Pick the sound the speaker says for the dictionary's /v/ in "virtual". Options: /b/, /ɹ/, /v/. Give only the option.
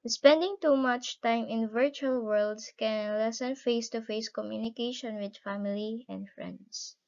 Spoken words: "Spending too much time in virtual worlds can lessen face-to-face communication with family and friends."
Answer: /v/